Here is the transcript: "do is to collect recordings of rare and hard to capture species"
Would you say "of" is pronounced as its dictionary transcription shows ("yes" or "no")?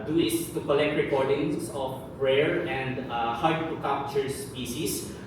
no